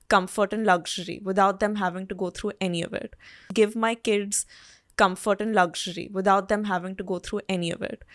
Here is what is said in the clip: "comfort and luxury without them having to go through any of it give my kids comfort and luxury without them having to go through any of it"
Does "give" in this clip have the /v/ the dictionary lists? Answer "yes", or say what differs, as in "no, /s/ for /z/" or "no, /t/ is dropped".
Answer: yes